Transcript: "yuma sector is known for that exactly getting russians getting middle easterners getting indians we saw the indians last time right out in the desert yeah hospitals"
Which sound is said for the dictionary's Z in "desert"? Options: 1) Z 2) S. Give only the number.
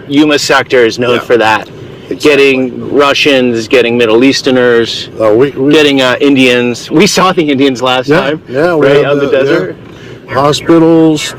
1